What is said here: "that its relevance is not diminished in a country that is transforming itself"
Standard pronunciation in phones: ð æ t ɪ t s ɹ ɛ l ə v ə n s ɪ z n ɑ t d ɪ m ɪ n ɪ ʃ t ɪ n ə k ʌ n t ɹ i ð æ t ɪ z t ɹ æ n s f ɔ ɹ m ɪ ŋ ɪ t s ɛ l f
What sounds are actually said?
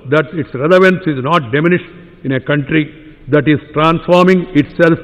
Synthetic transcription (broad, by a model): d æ t ɪ t s ɹ ɛ l ə v ə n s ɪ z n ɑ t d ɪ m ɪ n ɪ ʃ ɪ n ə k ʌ n t ɹ i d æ t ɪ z t ɹ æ n s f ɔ ɹ m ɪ ŋ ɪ t s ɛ l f